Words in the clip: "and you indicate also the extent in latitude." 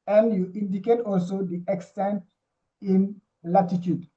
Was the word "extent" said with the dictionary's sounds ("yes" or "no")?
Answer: yes